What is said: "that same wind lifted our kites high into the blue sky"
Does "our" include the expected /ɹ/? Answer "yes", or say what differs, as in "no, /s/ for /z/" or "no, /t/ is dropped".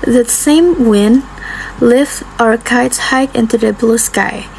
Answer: yes